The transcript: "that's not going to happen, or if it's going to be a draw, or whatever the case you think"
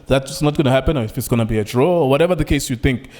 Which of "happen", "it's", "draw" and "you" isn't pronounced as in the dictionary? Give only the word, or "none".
none